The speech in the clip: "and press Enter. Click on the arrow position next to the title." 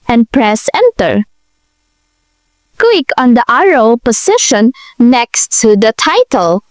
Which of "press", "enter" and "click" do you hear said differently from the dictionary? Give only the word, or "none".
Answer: click